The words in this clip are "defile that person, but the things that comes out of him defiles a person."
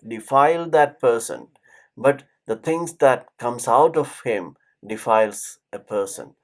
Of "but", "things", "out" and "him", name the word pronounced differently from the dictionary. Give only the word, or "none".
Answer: things